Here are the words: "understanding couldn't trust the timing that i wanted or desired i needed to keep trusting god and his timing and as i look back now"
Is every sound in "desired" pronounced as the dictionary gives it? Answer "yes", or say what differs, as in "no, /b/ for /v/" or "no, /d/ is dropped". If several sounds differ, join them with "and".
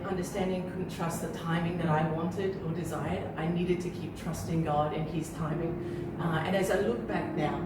yes